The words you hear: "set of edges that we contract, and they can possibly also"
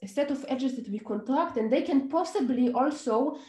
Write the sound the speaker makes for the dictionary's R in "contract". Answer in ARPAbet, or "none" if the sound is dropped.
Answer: R